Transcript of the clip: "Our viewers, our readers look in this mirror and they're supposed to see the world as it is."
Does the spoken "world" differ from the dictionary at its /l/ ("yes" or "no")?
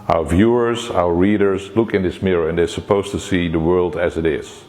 no